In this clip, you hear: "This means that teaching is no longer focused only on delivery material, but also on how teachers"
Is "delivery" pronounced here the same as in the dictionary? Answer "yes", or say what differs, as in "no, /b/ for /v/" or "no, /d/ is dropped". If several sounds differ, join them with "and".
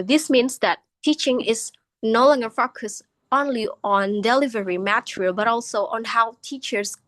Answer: yes